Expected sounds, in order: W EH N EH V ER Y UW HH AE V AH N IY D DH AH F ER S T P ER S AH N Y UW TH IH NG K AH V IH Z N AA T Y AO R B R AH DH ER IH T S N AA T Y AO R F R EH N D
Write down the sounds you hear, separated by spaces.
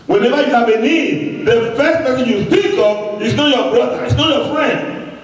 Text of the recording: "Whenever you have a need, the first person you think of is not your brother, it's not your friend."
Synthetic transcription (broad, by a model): W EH N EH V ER Y UW HH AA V AH N IY D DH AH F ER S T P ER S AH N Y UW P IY K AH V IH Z N AA T Y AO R B R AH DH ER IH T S N AA T Y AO F R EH N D